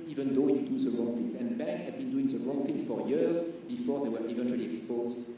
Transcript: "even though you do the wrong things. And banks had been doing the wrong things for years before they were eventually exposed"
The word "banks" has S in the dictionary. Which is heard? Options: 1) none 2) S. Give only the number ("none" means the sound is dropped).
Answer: 1